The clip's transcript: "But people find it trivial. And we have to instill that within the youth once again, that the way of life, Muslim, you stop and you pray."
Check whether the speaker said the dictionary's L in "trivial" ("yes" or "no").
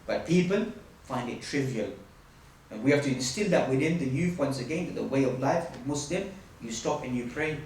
yes